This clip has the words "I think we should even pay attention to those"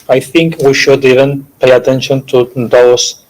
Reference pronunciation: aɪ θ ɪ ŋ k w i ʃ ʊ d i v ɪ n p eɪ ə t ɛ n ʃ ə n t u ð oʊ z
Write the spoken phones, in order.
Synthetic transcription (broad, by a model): aɪ θ ɪ ŋ k w i ʃ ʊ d i v ɪ n p eɪ ə t ɛ n ʃ ə n t u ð oʊ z